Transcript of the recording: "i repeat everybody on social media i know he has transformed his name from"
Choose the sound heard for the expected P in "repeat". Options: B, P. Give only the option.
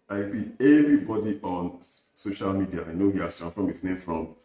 B